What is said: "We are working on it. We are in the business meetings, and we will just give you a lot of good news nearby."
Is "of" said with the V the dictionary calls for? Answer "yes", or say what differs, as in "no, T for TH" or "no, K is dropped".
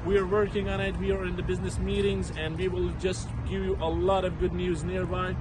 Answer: yes